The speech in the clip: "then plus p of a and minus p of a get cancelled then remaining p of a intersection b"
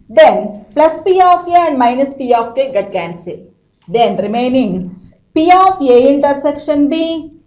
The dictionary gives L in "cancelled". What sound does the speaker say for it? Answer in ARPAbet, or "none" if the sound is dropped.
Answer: none